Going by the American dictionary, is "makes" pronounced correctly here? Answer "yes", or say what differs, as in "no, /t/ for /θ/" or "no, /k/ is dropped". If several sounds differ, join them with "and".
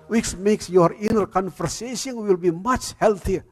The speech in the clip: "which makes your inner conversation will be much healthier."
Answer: yes